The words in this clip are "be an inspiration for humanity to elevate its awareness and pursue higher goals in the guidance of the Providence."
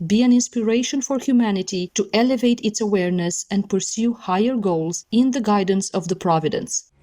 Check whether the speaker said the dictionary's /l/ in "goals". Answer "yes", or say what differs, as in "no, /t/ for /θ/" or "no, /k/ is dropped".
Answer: yes